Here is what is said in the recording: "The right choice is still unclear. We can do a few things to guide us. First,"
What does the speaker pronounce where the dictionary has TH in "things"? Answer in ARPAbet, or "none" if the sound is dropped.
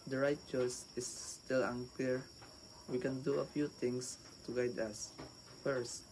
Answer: T